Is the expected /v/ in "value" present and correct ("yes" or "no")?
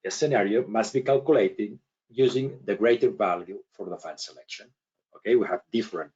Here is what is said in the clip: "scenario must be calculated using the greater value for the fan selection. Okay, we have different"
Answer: yes